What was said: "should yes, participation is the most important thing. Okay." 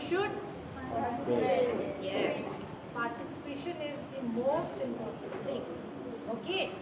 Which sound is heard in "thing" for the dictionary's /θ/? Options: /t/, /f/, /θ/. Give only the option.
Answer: /t/